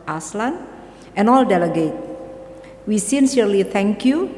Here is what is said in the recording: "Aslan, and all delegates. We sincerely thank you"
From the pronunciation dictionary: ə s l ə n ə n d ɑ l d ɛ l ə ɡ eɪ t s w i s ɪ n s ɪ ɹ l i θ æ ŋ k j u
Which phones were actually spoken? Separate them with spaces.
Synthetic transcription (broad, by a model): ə s l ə n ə n ɑ l d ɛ l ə ɡ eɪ t w i s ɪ n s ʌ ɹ l i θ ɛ ŋ k j u